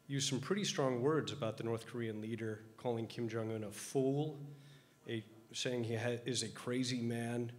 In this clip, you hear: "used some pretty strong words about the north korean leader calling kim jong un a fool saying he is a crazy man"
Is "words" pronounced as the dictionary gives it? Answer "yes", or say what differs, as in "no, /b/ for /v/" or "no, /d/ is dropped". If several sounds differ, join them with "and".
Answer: yes